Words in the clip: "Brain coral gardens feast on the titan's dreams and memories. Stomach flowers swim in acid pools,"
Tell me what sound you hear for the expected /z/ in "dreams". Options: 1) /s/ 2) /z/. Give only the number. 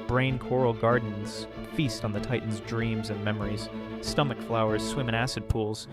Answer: 2